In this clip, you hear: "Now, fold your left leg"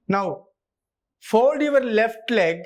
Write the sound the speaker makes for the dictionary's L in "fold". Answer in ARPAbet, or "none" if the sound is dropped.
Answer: none